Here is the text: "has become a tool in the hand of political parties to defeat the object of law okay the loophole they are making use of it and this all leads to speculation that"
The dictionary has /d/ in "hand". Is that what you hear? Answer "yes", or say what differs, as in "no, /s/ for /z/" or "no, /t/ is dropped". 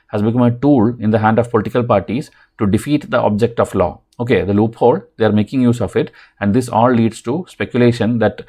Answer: yes